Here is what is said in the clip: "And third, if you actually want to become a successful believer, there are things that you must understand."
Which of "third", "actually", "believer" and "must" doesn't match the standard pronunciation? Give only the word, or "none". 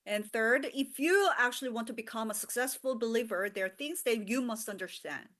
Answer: none